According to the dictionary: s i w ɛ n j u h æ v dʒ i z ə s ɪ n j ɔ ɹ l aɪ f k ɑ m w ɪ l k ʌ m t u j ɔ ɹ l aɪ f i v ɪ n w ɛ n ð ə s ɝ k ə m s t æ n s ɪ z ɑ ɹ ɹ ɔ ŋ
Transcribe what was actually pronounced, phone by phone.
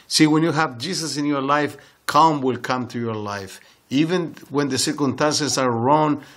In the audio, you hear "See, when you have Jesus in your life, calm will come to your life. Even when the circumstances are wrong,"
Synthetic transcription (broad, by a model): s i w ɛ n j u h æ v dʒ i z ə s ɪ n j ɔ ɹ l aɪ f k ɑ m w ɪ l k ʌ m t u j ɔ ɹ l aɪ f i v ɪ n w ɛ n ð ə s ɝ k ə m s t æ n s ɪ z ɑ ɹ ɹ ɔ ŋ